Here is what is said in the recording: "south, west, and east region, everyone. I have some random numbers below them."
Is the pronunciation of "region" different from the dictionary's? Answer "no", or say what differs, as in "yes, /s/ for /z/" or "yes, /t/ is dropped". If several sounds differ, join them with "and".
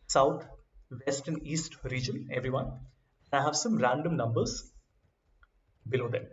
no